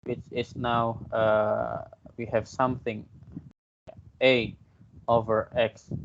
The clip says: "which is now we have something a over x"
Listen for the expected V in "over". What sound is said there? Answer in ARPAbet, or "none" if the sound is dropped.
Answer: V